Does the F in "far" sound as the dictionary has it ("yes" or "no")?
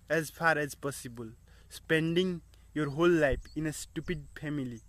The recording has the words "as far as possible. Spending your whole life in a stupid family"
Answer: no